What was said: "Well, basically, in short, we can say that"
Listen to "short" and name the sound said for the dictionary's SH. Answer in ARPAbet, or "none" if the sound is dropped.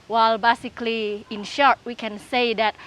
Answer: SH